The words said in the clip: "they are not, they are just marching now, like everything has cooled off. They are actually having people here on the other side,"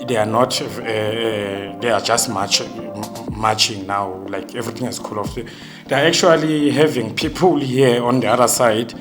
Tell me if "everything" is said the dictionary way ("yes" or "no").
no